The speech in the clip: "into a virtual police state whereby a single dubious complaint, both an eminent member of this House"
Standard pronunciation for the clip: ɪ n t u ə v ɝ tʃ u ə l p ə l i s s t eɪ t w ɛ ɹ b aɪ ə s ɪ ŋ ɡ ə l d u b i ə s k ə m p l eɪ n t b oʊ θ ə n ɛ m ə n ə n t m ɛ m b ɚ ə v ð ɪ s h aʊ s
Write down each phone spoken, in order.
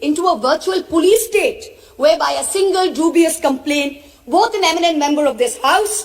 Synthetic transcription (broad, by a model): ɪ n t u ə v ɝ tʃ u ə l p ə l i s s t eɪ t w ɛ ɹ b aɪ ə s ɪ ŋ ɡ ə l d u b i ə s k ə m p l eɪ n t b oʊ t ə n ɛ m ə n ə n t m ɛ m b ɚ ə v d ɪ s h aʊ s